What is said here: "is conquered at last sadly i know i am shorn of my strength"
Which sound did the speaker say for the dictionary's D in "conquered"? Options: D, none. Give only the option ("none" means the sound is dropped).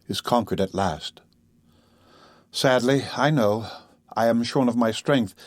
D